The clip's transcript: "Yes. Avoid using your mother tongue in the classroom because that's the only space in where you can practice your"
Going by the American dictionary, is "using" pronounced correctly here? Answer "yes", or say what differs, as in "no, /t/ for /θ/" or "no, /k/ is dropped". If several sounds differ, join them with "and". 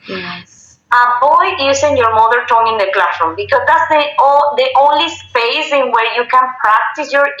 no, /s/ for /z/